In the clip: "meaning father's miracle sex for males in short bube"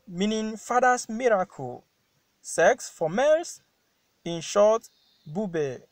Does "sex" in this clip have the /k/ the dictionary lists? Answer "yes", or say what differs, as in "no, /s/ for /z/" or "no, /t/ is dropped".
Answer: yes